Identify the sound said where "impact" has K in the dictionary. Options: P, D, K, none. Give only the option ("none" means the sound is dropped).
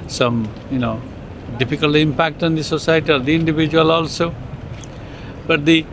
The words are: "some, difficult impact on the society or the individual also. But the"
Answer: K